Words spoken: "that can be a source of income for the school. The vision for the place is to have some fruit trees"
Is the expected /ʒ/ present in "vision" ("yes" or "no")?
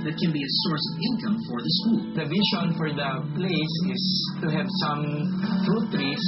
no